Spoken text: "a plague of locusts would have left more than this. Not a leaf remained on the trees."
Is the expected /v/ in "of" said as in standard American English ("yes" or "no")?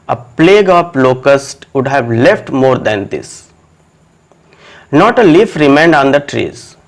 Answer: no